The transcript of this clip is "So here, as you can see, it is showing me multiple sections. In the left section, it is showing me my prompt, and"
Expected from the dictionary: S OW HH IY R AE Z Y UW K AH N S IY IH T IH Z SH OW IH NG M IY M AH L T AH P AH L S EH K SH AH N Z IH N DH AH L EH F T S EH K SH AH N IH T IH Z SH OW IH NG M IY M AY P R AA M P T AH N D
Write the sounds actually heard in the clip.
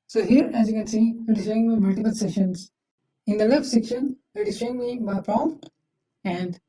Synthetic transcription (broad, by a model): S OW HH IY R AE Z Y UW K AH N S IY IH T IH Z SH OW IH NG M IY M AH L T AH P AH L S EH SH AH N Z IH N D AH L EH F T S EH K SH AH N IH T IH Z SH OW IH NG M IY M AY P R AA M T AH N D